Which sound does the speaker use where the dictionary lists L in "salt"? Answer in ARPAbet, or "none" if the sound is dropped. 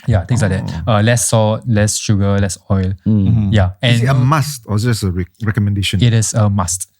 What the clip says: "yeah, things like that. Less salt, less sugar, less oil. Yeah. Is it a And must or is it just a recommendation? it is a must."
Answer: none